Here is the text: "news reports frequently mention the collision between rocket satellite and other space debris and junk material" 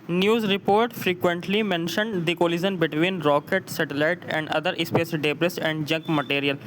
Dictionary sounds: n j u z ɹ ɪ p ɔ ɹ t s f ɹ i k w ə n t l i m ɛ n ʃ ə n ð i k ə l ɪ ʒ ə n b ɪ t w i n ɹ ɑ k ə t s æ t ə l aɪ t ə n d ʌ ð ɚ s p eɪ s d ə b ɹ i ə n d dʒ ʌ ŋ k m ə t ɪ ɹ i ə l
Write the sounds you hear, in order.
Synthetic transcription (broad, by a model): n j u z ɹ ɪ p ɔ ɹ t f ɹ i k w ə n t l i m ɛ n ʃ ə n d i k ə l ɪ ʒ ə n b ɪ t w i n ɹ ɑ k ə t s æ t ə l aɪ t ə n d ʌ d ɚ s p eɪ s d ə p ɹ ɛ ə n d dʒ ʌ ŋ k m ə t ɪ ɹ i ə l